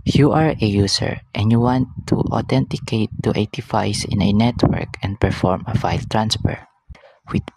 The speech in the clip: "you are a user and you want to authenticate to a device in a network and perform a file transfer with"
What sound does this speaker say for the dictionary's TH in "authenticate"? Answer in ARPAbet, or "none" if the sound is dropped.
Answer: T